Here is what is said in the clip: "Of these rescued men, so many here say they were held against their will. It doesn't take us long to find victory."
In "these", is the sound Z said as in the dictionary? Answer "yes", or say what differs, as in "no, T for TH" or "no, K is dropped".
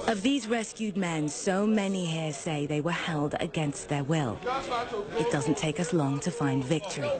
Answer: yes